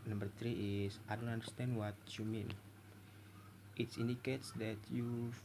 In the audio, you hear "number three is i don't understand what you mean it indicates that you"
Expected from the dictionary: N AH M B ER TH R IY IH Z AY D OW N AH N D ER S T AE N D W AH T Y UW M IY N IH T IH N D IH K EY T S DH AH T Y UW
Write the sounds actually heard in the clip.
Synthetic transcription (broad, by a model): N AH M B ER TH R IY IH S AY D OW N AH N D ER S T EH N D W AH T Y UW M IY N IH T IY N D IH K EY T S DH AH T Y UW